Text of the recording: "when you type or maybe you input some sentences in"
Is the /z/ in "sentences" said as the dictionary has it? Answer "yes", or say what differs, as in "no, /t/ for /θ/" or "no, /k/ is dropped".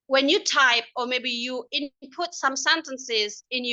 yes